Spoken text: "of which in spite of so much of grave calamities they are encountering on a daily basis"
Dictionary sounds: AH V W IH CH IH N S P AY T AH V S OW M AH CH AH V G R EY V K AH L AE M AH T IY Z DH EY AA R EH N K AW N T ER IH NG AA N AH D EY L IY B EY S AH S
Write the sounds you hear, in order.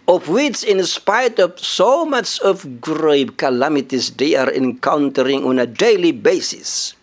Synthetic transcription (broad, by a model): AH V W IH CH IH N S P AY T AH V S OW M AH CH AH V G R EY B K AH L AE M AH T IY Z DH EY AA R EH N K AW N T ER IH NG AA N AH D EY L IY B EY S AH S